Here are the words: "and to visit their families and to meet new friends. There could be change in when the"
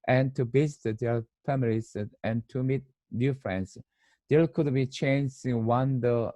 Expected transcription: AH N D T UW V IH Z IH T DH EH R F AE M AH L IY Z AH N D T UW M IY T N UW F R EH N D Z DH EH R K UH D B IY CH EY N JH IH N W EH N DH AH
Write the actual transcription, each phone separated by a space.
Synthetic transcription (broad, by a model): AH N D T UW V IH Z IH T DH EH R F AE M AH L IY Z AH N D T UW M IY T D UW F R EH N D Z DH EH L K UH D B IY CH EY N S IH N W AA N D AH